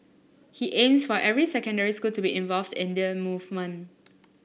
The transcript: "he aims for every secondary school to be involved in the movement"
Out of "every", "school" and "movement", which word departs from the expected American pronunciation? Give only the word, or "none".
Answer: movement